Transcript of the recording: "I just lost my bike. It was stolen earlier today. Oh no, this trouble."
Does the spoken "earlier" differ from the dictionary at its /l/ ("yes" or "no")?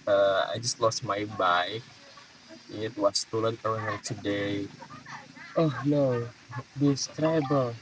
yes